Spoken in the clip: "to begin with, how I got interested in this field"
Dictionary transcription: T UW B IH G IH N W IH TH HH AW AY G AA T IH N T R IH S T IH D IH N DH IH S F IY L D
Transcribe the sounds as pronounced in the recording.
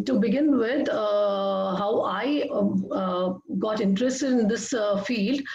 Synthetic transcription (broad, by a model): T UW B IH G IH N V IH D HH AW AY G AA T IH N T R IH S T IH IH N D IH S F IY L D